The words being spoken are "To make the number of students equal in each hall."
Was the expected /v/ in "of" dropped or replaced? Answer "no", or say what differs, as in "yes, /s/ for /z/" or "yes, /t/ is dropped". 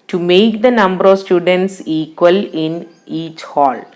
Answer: no